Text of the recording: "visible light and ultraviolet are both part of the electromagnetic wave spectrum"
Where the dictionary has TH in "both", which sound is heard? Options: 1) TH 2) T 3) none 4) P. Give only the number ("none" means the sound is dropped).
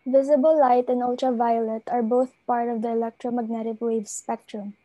1